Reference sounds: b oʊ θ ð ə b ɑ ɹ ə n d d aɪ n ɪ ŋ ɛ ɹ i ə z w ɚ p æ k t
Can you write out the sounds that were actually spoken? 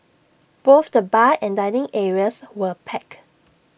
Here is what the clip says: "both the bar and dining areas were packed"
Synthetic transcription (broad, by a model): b oʊ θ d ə b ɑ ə n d d aɪ n ɪ ŋ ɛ ɹ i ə s w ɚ p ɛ k